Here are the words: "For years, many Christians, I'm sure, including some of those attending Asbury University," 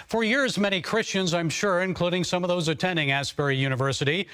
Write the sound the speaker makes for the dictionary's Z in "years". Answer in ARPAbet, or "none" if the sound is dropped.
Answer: Z